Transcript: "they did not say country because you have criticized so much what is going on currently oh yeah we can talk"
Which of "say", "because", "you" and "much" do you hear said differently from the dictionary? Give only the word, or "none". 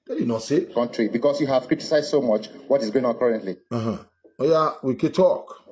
because